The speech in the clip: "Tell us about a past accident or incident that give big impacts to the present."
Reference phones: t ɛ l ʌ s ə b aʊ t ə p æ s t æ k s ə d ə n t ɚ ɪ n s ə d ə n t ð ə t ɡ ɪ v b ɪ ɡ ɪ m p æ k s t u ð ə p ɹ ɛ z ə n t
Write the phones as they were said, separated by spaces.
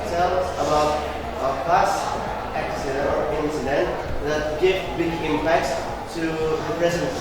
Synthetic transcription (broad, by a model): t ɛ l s ə b aʊ t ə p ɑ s æ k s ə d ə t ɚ ɪ n s ə d ə n t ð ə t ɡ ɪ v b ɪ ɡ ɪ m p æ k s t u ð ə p ɹ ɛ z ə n